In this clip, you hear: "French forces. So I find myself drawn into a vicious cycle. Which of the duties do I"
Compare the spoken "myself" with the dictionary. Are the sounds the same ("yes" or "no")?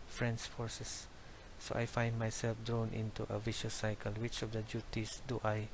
yes